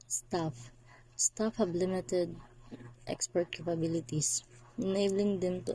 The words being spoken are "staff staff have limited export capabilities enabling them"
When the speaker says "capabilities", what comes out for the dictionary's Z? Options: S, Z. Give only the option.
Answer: S